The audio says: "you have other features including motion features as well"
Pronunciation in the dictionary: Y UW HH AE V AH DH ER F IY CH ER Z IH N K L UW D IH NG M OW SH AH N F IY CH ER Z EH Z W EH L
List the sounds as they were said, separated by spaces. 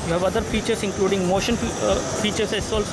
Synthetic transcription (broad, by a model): Y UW HH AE V AH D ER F IY CH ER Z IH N K L UW D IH NG M OW SH AH N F IY CH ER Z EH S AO L